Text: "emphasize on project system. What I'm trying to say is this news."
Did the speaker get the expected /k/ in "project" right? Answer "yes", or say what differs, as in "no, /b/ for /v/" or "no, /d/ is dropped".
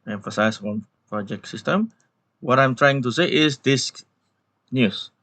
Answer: yes